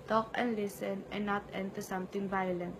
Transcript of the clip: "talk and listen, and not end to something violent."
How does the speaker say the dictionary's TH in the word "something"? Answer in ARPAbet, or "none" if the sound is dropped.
T